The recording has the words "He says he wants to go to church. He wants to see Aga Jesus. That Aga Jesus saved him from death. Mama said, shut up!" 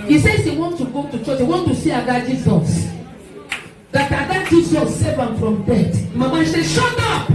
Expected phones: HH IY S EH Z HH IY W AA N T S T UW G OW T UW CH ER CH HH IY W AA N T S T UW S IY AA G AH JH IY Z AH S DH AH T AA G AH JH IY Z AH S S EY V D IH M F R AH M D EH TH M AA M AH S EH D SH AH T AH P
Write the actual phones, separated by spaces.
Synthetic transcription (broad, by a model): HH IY S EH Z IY W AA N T T UW G OW T UW CH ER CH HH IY W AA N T T UW S IY AA G AH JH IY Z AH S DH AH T AA G AH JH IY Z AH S S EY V IH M F R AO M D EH T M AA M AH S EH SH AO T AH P